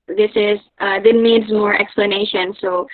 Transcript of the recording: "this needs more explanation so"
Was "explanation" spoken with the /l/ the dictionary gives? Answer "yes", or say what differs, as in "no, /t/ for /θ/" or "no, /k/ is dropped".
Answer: yes